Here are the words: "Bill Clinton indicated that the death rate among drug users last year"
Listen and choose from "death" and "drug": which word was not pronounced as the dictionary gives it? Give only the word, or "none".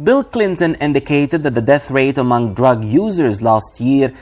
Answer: none